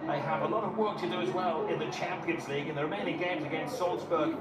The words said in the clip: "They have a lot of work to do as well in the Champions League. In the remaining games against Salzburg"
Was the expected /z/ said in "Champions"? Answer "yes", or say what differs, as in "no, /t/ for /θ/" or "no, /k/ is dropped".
yes